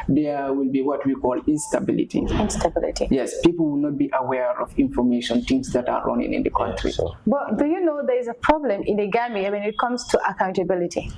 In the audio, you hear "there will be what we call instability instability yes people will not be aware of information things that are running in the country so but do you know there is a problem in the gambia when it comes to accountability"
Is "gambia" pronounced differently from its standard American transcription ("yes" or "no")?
yes